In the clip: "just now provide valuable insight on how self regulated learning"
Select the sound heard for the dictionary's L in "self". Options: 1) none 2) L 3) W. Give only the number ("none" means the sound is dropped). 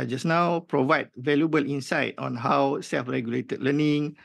2